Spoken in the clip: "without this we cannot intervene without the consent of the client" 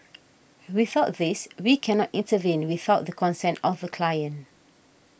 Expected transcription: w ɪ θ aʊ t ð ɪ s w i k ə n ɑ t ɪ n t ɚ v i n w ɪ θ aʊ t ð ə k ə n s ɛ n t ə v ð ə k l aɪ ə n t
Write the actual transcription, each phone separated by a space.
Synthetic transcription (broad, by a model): w ɪ θ aʊ t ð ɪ s w i k ə n ɑ t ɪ n t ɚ v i n w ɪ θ aʊ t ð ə k ə n s ɛ n t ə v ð ə k l aɪ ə n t